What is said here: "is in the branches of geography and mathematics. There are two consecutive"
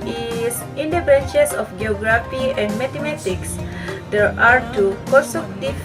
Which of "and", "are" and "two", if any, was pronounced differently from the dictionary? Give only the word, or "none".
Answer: none